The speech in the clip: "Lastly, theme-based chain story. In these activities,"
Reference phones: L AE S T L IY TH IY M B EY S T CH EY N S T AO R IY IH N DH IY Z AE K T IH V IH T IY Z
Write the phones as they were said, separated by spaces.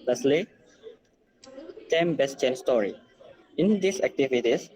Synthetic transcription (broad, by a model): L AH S L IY T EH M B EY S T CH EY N S T AO R IY IH N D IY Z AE K T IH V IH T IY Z